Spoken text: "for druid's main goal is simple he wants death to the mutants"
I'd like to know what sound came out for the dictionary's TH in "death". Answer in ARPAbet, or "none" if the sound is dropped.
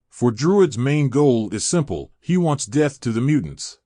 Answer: TH